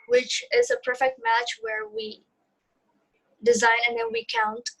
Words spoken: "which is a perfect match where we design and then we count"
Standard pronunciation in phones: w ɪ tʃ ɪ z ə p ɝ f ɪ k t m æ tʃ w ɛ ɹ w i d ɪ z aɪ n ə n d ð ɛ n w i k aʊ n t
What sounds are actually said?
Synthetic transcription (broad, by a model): w ɪ tʃ ɪ z ə p ɝ f ɪ k t m æ tʃ w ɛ ɹ w i d ɪ z aɪ n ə n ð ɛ n w i k aʊ n t